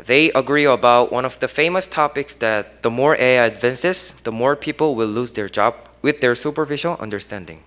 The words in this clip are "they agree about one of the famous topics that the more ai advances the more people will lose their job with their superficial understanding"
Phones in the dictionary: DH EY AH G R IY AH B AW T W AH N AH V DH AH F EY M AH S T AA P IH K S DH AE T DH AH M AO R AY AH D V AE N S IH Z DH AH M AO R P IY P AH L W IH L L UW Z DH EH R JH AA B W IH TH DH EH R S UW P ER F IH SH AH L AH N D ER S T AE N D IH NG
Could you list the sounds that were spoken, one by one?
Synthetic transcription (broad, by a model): DH EY AH G R IY AH B AW T W AH N AH V DH AH F EY M AH S T AA P IH K S DH AE T DH AH M AO R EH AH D V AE N S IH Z DH AH M AO R P IY P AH L W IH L L UW Z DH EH R JH AA B W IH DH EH R S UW P ER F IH SH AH L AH N D ER S T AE N D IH NG